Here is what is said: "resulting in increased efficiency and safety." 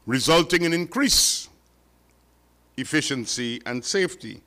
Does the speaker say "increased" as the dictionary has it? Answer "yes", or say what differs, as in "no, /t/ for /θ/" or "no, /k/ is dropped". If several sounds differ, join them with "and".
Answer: no, /t/ is dropped